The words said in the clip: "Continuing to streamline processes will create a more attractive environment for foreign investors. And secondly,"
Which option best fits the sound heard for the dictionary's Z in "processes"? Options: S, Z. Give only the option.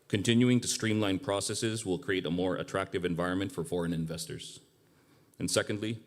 Z